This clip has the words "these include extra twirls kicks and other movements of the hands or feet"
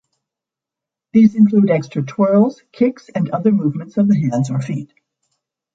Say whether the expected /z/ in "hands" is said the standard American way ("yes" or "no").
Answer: yes